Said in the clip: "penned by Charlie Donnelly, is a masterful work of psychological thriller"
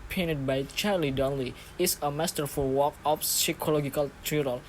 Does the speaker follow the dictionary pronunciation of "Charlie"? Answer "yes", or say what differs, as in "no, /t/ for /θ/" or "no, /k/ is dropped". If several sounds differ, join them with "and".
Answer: yes